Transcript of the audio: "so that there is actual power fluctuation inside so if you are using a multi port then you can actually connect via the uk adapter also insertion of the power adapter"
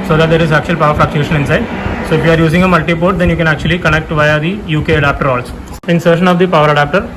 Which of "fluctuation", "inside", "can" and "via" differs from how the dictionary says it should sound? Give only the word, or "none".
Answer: fluctuation